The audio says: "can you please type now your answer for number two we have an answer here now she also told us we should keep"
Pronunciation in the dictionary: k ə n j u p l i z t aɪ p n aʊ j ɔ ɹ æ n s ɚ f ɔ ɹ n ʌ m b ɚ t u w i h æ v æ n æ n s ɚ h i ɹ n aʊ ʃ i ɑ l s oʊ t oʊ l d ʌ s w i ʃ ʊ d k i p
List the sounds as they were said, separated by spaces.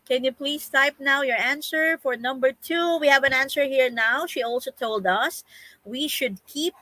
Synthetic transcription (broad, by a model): k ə n j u p l i s t aɪ p n aʊ j ɔ ɹ æ n s ɚ f ɔ ɹ n ʌ m b ɚ t u w i h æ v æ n æ n s ɚ h i ɹ n aʊ ʃ i ɑ l s oʊ t oʊ l d ʌ s w i ʃ ʊ d k i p